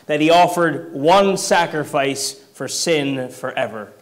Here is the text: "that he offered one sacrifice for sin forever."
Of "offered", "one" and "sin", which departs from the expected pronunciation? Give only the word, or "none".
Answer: none